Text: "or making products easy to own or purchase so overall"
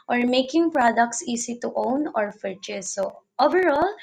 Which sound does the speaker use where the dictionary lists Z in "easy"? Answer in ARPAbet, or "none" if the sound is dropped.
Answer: S